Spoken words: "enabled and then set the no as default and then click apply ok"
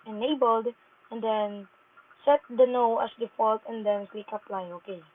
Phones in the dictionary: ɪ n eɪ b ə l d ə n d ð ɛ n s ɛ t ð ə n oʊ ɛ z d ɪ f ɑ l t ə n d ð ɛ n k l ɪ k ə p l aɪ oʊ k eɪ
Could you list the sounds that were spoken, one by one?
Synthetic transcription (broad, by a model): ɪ n eɪ b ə l d ə n d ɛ n s ɛ t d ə n oʊ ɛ s d ɪ f ɑ l t ə n d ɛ n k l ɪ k ə p l aɪ oʊ k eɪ